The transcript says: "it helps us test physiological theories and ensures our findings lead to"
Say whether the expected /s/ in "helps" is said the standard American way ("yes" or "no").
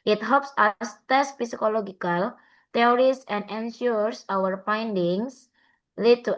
yes